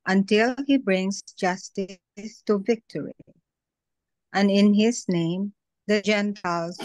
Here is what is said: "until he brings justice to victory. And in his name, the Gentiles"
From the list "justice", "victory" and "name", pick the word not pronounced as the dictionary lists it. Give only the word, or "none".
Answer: none